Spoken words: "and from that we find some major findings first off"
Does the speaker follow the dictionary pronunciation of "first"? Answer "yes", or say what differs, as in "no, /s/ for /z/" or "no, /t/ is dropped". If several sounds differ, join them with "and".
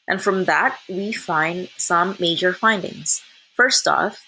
yes